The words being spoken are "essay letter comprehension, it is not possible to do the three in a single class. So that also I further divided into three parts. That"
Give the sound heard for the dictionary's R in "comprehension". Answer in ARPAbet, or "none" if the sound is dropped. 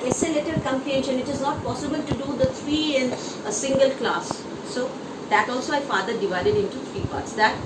none